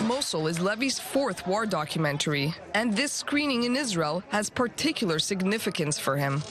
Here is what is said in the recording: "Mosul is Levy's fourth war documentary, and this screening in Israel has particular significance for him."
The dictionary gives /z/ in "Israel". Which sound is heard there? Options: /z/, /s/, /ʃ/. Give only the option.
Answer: /z/